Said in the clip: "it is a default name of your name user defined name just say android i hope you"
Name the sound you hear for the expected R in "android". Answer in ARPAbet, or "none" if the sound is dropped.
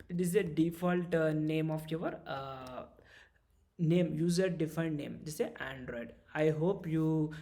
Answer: R